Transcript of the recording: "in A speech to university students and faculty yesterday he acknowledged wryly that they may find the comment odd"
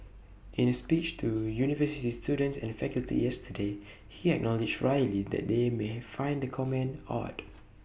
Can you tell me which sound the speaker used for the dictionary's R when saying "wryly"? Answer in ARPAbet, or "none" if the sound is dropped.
R